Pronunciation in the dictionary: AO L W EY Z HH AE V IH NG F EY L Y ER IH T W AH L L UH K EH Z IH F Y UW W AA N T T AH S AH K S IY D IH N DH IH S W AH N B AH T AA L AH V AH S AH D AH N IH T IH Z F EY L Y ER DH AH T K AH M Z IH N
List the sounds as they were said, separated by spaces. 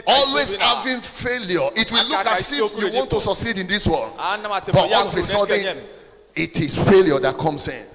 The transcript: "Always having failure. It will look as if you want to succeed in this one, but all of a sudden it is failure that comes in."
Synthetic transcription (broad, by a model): AO L W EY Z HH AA V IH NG F EY L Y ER IH T W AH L L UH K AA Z IH F Y UW W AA N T T AH S AH K S IY D IH N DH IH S W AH L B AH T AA N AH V AH S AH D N IH T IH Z F EY L Y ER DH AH T K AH M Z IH N